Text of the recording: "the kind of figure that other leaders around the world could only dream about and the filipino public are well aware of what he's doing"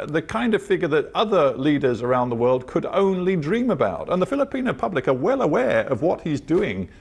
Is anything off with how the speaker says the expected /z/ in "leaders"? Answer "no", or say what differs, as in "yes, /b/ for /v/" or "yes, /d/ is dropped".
no